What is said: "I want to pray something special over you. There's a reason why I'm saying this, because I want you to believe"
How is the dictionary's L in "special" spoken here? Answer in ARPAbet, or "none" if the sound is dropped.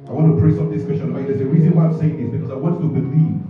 N